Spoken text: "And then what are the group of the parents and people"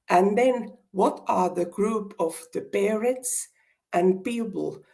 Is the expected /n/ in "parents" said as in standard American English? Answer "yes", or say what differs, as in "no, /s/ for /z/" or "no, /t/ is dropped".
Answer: no, /n/ is dropped